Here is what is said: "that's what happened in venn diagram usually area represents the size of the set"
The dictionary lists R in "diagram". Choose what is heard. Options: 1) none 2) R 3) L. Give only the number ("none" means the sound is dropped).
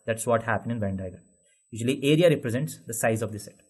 1